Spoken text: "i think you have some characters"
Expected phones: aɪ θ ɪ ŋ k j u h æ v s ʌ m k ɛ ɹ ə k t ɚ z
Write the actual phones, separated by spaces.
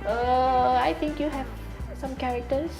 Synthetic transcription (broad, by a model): aɪ t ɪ ŋ k j u h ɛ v s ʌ m k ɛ ɹ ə k t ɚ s